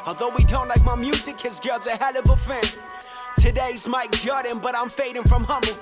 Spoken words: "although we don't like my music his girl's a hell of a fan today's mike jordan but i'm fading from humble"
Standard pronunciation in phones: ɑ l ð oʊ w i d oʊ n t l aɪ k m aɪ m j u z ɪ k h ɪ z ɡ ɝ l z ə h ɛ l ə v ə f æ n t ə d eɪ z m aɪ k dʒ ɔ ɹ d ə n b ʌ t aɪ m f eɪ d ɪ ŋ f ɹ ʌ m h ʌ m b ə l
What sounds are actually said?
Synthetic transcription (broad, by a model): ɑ l ð oʊ w i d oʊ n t l aɪ k m aɪ m j u z ɪ k h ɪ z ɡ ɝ z ə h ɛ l ə v ə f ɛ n t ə d eɪ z m aɪ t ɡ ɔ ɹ d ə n b ʌ t aɪ m f eɪ d ɪ ŋ f ɹ ʌ m h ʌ m b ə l